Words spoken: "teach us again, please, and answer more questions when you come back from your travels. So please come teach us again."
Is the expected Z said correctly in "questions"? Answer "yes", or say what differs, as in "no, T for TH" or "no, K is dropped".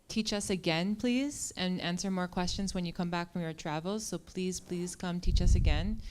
yes